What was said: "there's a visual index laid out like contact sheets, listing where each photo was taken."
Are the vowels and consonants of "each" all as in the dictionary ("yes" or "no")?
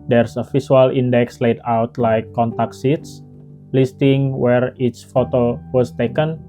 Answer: no